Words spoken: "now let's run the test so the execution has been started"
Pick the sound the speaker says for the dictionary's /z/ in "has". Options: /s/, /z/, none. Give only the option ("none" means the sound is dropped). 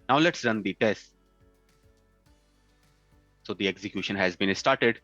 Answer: /z/